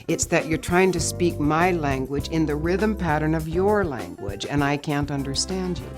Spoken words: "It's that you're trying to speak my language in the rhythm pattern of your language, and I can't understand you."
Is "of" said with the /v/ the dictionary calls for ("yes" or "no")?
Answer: yes